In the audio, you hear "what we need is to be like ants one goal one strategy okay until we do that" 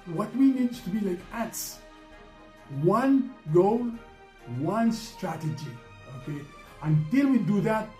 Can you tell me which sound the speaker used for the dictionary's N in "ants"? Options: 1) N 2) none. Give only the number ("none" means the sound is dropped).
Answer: 2